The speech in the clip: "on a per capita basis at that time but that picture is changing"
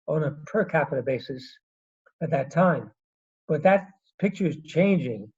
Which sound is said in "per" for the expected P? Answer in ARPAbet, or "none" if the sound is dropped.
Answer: P